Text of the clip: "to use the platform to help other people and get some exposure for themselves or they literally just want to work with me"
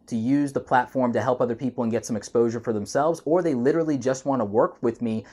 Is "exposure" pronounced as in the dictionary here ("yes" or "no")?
yes